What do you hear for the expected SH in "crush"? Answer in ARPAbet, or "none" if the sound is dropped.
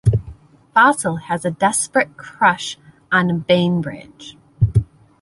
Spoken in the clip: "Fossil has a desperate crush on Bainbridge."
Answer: SH